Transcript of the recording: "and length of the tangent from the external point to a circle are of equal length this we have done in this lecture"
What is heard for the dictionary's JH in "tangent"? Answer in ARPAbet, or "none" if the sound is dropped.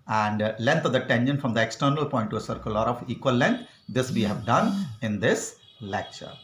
SH